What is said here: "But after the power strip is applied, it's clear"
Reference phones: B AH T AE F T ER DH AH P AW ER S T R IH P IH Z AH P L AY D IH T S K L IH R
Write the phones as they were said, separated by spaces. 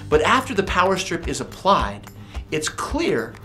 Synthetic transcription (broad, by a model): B AH T AE F T ER DH AH P AW ER S T R IH P IH Z AH P L AY D IH T S K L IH R